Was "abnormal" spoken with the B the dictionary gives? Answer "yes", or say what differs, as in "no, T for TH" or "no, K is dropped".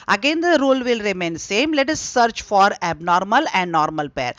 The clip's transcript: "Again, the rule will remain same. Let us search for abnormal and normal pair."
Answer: yes